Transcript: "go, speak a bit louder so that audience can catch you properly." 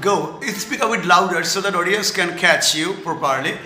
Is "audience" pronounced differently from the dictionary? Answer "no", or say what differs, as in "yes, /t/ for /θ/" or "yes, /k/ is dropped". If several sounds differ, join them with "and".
yes, /n/ is dropped